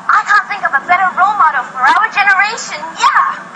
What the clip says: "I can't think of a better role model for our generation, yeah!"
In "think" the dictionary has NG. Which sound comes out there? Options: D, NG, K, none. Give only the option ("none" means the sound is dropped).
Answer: NG